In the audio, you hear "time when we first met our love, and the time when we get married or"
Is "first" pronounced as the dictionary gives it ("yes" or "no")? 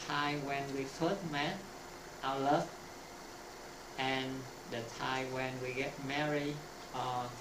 no